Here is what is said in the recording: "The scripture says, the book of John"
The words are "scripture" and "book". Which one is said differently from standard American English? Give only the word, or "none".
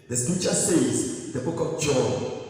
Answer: scripture